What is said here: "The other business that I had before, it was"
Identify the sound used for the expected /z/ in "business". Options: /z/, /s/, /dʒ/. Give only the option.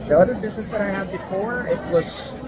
/z/